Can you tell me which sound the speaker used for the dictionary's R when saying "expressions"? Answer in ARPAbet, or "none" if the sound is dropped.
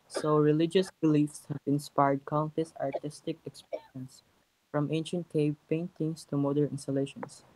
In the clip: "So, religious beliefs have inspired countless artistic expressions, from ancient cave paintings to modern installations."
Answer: none